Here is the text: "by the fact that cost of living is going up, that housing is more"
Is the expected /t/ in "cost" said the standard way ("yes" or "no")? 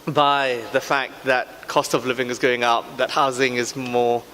yes